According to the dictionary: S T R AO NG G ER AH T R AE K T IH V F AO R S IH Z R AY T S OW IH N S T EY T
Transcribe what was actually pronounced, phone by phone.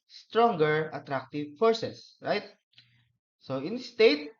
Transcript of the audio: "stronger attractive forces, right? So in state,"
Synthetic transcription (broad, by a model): S T R AO NG G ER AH T R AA K T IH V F AO R S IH S R AY T S OW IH N S T EY T